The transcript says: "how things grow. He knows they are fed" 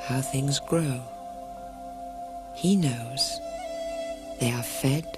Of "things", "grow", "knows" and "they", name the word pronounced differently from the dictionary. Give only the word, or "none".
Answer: none